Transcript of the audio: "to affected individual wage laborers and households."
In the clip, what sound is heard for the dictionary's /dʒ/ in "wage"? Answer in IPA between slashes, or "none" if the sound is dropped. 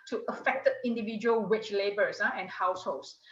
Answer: /tʃ/